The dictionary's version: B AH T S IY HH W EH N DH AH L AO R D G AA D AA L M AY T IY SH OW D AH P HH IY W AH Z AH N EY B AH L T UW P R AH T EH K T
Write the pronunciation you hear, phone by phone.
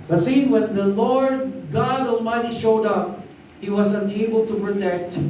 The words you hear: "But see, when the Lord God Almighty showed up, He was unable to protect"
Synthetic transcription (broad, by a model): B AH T S IY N W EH N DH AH L AO R D G AA D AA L M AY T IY SH OW D AH P HH IY W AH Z AH N EY B AH L T UW P R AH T EH K T